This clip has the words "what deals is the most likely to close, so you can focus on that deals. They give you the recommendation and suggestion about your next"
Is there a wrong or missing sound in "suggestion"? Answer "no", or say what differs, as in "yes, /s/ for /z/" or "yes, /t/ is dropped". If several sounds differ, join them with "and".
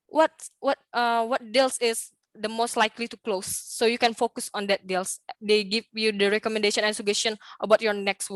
yes, /dʒ/ is dropped